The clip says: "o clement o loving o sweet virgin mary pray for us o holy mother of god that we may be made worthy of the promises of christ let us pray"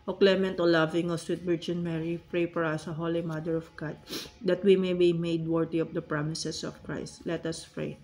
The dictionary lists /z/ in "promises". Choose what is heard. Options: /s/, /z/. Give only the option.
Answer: /s/